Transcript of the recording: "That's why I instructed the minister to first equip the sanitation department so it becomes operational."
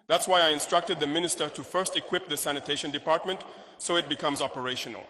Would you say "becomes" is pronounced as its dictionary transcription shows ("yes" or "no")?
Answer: yes